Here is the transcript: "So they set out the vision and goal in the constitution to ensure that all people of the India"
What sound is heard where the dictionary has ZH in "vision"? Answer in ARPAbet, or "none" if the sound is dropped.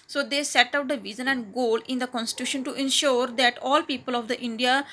Z